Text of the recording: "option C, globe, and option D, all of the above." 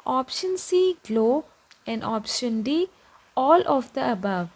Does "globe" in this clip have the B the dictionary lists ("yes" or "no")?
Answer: no